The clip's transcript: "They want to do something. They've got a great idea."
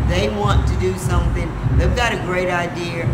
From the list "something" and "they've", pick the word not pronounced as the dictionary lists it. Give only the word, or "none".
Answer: none